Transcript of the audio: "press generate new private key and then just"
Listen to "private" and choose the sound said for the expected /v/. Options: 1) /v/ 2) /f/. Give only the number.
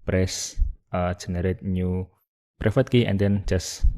2